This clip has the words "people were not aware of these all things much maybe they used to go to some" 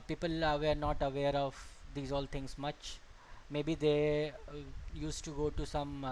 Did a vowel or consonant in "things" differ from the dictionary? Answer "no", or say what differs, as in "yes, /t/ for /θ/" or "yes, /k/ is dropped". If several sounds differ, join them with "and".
yes, /t/ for /θ/